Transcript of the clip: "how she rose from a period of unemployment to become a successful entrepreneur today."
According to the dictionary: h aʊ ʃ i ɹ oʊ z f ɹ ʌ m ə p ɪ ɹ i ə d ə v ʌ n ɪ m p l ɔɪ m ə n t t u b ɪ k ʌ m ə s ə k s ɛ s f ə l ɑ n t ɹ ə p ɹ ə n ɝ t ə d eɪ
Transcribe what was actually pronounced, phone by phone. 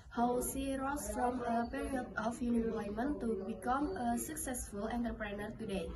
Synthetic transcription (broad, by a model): h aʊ s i ɹ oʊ s f ɹ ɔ m ə p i ɹ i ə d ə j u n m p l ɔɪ m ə n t t u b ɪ k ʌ m ə s ə k s ɛ s f ə l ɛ n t ɹ p ɹ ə n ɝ t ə d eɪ